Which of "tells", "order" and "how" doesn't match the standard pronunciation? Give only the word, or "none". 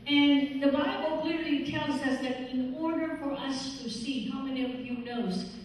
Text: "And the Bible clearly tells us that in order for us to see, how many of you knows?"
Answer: none